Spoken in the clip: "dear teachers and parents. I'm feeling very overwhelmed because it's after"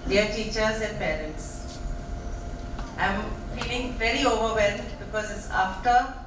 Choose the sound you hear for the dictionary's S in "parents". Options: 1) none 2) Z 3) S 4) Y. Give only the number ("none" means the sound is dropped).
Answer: 3